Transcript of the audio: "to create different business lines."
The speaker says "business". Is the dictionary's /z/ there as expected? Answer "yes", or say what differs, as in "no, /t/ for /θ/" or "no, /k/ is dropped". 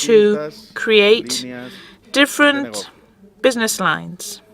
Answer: yes